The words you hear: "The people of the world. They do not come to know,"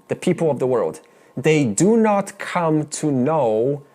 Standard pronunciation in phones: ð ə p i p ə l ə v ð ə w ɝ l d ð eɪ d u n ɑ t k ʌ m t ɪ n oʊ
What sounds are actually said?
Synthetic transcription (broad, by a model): ð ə p i p l ə v ð ə w ɝ l d ð eɪ d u n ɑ t k ʌ m t ɪ n oʊ